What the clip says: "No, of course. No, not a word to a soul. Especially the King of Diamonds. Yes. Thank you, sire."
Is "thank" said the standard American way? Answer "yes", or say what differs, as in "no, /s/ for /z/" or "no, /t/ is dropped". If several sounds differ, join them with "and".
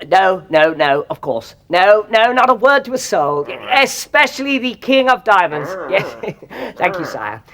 yes